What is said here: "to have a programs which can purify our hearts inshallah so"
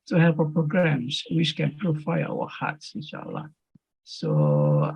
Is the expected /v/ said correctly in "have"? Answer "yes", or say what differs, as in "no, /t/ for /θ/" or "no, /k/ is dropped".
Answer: no, /p/ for /v/